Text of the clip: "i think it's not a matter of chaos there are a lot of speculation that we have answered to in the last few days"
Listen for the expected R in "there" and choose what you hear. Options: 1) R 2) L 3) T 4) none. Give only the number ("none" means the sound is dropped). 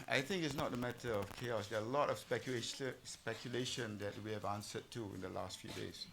2